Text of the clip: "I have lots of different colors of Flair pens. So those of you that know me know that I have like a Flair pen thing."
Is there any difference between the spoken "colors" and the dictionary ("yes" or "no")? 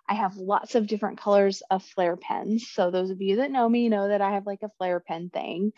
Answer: no